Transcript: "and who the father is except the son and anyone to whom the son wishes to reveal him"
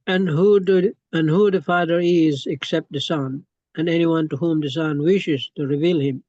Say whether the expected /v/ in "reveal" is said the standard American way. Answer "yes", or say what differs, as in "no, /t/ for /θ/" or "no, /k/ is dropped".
yes